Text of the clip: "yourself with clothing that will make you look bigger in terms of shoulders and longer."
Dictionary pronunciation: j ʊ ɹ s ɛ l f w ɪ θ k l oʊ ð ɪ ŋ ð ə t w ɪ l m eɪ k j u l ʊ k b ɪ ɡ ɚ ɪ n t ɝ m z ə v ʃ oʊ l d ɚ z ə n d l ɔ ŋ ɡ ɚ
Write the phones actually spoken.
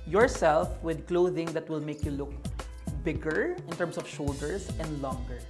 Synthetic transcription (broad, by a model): j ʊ ɹ s ɛ l f w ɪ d k l oʊ ð ɪ ŋ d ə t w ɪ l m eɪ k j u l ʊ k b ɪ ɡ ɚ ɪ n t ɝ m s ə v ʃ oʊ l d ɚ s ə n d l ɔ ŋ ɡ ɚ